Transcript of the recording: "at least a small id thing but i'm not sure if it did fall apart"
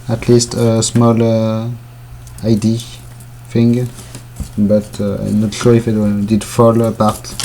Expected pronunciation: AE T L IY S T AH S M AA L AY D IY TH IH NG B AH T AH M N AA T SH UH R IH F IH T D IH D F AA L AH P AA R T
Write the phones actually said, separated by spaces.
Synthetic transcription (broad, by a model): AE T L IY S T AH S M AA L AY D IY F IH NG B AH T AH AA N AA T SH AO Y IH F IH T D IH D F AA L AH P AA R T